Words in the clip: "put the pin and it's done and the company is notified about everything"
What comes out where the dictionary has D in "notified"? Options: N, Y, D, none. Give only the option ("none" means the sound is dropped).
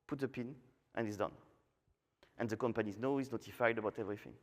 D